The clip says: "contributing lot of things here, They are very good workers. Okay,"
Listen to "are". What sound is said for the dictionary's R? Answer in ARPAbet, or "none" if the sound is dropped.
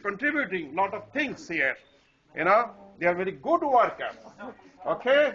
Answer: R